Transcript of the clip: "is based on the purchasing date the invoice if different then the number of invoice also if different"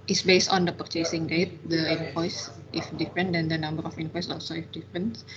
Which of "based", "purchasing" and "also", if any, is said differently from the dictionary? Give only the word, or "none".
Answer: none